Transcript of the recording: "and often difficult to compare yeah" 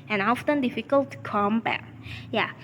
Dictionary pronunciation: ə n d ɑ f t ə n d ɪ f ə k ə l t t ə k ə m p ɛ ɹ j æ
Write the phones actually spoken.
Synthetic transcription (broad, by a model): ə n ɑ f t ə n d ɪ f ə k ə l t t k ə m b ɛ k j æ